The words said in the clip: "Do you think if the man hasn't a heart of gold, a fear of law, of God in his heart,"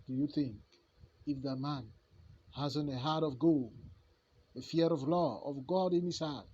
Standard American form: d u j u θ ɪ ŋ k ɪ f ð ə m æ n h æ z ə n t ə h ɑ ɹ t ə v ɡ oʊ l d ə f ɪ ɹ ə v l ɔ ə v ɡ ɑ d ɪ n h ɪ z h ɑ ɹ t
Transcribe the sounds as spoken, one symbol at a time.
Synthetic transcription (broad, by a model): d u j u θ ɪ ŋ k ɪ f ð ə m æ n h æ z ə n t ə h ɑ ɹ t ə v ɡ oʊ l ə f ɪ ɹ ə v l ɔ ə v ɡ ɑ d ɪ n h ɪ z h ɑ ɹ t